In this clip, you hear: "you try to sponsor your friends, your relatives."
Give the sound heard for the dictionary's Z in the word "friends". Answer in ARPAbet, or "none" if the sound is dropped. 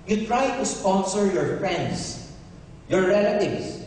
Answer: S